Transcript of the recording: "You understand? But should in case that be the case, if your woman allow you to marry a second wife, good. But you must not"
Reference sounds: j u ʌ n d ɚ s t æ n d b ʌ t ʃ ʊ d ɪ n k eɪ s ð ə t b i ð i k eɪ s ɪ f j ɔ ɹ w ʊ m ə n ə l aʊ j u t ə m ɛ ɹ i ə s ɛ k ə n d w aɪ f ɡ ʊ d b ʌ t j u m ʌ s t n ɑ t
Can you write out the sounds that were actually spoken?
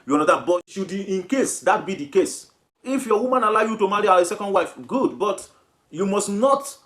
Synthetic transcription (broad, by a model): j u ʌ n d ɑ t b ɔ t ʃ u d ɪ n k eɪ s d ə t b i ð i k eɪ s ɪ f j ɔ w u m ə n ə l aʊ j u t ə m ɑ ɹ i ə s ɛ k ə n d w aɪ f ɡ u d b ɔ t j u m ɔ s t n ɑ t